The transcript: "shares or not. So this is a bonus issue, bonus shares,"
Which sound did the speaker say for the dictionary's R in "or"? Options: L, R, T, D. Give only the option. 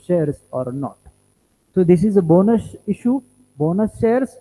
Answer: R